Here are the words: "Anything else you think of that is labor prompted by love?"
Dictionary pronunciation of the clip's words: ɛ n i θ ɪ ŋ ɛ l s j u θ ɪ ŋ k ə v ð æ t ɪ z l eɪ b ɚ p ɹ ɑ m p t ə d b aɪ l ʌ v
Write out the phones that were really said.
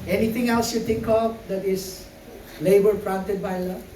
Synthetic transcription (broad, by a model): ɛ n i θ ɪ ŋ ɛ l s j u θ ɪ ŋ k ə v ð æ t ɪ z l eɪ b ɚ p ɹ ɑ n t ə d b aɪ l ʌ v